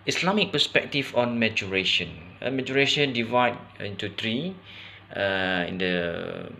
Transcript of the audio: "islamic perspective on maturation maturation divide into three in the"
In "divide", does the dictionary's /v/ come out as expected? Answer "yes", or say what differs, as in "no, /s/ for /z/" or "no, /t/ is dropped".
yes